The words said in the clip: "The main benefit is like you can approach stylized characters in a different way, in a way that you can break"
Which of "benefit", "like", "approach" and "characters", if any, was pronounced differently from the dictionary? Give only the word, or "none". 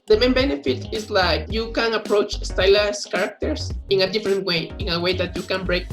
characters